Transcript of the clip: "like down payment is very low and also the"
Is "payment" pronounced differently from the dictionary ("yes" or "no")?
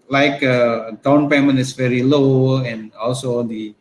yes